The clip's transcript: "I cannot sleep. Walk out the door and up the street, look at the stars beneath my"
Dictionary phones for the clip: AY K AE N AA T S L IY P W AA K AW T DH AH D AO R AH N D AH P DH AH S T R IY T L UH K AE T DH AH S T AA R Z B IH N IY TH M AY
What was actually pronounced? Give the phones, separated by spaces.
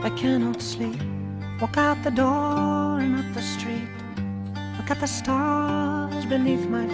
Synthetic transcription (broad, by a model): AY K AE N AA T S L IY P W AA K AW T DH AH D AO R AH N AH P DH AH S T R IY T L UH K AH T DH AH S T AA R Z B IH N IY TH M AY